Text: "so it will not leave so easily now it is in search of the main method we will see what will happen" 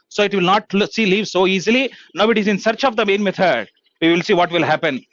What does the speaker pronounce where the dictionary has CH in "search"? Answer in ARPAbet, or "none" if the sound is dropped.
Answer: CH